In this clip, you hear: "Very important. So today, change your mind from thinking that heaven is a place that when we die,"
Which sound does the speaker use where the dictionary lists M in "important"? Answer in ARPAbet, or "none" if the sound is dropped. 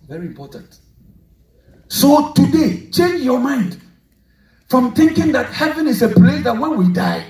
M